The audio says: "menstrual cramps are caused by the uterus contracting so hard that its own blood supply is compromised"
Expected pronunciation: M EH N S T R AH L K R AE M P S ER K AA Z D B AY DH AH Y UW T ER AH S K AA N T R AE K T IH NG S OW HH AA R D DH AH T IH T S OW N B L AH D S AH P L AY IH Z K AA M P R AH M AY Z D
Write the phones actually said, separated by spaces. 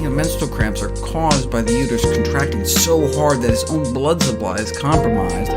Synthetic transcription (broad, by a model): M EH N S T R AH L K R AE M P S ER K AA Z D B AY DH AH Y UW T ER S K N T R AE K T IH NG S OW HH AA R D DH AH T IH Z OW N B L AH D S AH P L AY IH Z K AA M P R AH M AY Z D